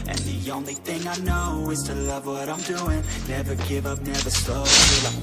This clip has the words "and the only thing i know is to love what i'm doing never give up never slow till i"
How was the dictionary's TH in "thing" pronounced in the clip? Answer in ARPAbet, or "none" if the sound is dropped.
TH